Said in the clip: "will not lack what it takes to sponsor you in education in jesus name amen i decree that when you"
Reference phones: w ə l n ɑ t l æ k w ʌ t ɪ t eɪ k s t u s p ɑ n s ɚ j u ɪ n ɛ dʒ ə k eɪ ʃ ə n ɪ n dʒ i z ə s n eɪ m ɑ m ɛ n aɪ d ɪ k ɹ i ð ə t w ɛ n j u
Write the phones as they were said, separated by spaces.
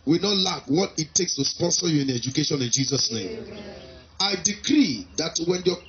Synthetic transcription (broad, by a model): w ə n ɑ t l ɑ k w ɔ t ɪ t eɪ k s t u s p ɑ n s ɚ j u ɪ n ɛ dʒ ə k eɪ ʃ ə n ɪ n dʒ i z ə s n eɪ m ɑ ɪ d ɪ k ɹ i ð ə t w ɛ n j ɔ